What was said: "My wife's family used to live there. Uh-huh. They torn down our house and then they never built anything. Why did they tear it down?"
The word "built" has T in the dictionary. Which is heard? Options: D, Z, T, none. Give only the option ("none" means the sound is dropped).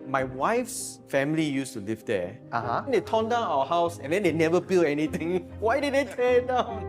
none